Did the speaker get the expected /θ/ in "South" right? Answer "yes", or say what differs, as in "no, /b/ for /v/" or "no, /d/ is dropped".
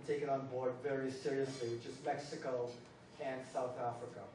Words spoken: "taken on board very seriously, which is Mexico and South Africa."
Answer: yes